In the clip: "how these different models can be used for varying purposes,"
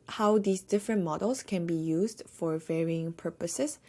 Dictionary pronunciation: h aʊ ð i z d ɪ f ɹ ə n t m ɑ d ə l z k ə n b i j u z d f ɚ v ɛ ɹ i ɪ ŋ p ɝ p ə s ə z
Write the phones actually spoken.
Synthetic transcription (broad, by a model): h aʊ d i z d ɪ f ɹ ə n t m ɑ d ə l s k ə n b i j u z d f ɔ v ɛ ɹ i ɪ ŋ p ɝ p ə s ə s